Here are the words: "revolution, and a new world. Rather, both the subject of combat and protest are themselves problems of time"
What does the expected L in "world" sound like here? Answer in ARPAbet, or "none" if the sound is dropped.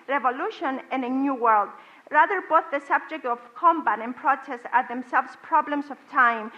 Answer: L